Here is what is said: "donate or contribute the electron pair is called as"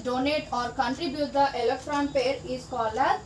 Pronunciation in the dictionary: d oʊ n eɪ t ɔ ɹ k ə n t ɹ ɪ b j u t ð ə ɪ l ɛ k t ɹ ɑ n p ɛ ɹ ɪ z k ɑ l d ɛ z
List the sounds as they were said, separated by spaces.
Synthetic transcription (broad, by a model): d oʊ n eɪ t ɔ ɹ k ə n t ɹ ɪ b j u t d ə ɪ l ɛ k t ɹ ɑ n p ɛ ɹ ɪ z k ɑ l ʌ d